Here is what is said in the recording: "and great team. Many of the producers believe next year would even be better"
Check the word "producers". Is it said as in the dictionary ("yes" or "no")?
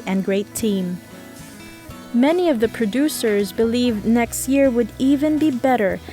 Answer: yes